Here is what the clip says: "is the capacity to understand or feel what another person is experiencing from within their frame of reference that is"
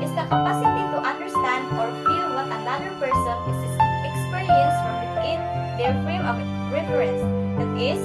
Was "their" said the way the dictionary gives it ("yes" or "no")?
no